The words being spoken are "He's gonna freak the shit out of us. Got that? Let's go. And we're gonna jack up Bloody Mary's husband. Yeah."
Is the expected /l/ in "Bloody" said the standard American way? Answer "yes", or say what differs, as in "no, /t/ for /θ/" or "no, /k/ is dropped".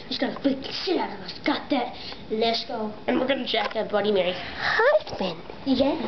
no, /l/ is dropped